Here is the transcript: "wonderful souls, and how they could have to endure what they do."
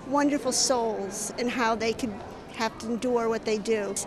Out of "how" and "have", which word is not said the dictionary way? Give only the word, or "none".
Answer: have